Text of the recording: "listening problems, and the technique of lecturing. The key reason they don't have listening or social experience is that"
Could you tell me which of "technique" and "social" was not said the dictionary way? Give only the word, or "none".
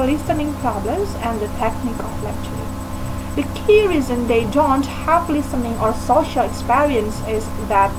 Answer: none